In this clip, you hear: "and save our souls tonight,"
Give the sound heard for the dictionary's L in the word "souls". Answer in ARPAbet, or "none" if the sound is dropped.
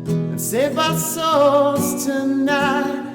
none